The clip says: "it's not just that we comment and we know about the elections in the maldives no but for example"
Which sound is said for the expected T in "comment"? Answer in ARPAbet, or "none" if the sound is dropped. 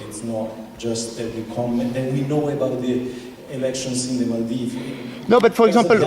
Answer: none